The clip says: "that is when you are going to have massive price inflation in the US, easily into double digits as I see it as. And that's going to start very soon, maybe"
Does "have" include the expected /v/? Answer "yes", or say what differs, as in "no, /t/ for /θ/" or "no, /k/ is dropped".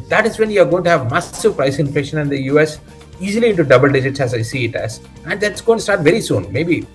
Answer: yes